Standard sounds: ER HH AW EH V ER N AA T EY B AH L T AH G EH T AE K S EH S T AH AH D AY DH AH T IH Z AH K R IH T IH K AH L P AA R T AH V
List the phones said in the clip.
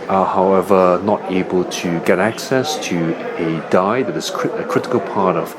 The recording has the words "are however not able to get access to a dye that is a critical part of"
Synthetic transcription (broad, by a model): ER HH AW EH V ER N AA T EY B AH L T AH G EH T AE K S EH S T AH AH D AY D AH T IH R AH K R IH T IH K AH L P AA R T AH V